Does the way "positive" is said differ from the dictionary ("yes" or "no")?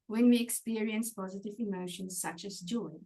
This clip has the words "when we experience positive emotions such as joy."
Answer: no